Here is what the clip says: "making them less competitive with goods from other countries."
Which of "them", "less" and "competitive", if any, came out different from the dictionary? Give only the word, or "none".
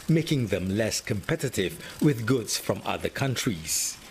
none